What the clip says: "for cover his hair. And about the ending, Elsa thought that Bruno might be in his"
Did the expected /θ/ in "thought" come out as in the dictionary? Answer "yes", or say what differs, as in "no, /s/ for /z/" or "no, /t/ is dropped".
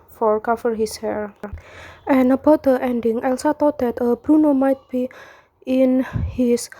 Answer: no, /t/ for /θ/